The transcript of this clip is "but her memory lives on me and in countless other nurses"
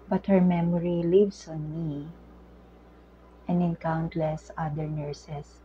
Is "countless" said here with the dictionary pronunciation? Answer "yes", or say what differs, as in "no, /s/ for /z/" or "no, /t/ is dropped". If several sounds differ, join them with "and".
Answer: yes